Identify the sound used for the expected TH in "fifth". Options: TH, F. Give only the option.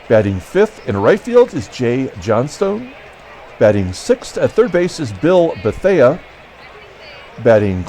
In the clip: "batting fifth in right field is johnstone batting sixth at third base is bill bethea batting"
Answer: TH